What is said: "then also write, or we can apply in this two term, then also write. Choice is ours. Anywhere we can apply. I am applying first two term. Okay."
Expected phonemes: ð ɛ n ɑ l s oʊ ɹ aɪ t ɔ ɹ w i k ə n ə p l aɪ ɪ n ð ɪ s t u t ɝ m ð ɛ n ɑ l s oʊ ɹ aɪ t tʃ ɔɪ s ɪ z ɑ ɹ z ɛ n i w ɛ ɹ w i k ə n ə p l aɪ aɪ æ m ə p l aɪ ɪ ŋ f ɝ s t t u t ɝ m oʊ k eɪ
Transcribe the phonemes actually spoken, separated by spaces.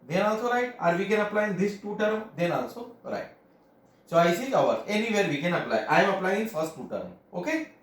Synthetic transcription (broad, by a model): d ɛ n ɑ l s oʊ ɹ aɪ t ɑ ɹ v i k ə n ə p l aɪ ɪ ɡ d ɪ s t u t ɝ m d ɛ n ɑ l s oʊ ɹ aɪ t s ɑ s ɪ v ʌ ɹ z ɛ n i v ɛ ɹ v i k ə n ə p l aɪ aɪ m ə p l aɪ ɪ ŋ f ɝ s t t u t ɝ m oʊ k eɪ